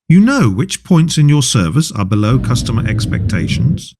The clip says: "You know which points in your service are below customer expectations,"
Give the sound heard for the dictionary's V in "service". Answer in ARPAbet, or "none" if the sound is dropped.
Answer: V